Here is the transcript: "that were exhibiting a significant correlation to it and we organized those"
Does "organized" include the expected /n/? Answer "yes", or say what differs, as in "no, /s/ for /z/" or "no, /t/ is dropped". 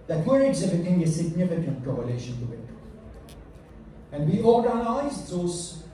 no, /n/ is dropped